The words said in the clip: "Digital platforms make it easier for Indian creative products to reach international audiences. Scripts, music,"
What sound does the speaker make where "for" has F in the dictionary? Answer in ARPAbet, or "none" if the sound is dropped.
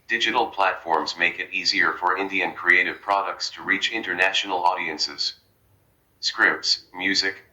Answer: F